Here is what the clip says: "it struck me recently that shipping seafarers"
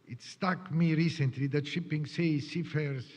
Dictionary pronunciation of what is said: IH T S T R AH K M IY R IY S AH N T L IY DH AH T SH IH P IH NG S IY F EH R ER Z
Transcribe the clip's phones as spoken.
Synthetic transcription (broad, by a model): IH T S T AH K M IY R IY S AH N T L IY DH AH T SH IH P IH NG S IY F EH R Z